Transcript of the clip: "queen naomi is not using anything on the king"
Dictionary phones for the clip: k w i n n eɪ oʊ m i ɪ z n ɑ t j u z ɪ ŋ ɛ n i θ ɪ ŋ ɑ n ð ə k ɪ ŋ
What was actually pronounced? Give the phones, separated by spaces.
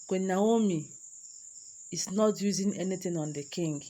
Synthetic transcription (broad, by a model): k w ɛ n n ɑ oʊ m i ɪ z n ɑ t j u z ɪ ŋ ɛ n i t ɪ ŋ ɑ n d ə k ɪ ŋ